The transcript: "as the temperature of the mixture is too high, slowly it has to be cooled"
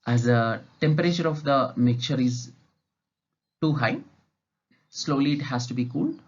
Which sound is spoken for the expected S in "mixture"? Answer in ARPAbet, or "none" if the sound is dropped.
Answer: none